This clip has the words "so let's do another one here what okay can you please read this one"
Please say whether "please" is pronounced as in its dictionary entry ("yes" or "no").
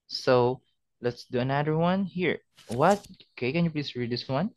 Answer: no